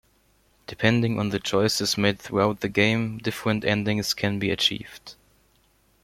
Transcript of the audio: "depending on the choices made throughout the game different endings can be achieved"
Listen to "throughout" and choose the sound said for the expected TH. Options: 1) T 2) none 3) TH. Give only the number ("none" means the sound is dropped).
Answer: 3